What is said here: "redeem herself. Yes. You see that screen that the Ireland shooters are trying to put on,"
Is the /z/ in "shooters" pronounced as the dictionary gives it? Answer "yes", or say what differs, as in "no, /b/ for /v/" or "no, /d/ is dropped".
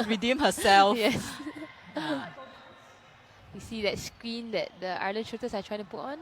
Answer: no, /s/ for /z/